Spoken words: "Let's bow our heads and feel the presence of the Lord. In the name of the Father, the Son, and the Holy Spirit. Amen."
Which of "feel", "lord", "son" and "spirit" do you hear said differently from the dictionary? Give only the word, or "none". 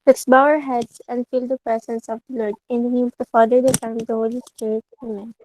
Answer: son